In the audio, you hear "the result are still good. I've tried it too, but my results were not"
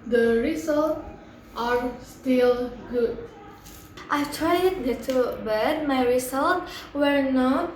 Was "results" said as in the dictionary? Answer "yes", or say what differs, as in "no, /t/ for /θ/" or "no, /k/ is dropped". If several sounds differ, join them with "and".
no, /s/ is dropped